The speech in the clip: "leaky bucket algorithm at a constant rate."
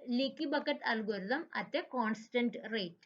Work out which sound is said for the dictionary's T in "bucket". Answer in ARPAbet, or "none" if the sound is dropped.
T